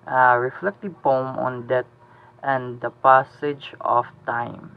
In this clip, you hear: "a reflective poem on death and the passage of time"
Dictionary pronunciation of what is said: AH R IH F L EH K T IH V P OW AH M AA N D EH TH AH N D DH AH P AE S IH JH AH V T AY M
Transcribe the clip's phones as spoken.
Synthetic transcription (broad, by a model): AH R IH F L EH K T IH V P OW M AA N D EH T AH N D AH P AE S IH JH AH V T AY M